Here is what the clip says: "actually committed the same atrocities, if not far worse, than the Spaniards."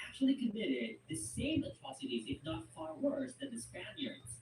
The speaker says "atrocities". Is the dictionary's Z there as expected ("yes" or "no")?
yes